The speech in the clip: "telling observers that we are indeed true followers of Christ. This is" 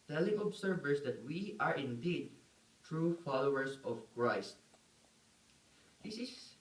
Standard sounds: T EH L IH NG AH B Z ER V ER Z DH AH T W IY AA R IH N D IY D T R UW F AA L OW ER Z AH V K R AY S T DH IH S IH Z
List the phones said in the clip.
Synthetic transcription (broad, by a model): T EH L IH NG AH B S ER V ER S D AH T W IY AA R IH N D IY D T R UW F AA L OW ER S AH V K R AY S T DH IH S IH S